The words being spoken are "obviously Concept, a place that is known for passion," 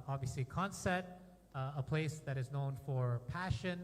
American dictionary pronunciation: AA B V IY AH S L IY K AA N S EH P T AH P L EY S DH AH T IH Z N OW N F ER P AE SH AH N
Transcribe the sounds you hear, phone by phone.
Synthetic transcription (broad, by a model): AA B V IY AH S L IY K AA N S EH T AH P L EY S DH AH T IH Z N OW N F ER P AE SH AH N